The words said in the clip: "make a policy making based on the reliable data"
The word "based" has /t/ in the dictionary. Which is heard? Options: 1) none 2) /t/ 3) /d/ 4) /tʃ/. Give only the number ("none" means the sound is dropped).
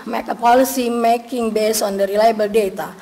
1